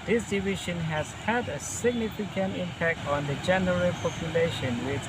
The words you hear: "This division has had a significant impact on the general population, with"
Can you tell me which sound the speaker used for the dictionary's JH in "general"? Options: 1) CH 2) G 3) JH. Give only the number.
3